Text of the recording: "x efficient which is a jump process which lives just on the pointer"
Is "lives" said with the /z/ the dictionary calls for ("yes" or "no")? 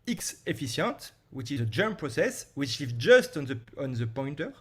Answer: no